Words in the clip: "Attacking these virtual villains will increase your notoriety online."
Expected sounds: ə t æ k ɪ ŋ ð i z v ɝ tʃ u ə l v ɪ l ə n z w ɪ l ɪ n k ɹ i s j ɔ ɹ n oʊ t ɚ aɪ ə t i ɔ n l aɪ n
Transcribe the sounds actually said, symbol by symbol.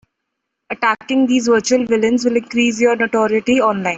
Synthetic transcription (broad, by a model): ə t æ k ɪ ŋ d i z v ɝ tʃ u ə l v ɪ l ə n z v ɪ l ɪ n k ɹ i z j ɔ ɹ n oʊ t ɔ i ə t i ɔ n l aɪ n